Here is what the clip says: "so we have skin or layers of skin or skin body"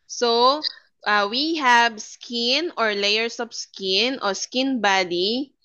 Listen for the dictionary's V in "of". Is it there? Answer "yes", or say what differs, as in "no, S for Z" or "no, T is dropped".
no, P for V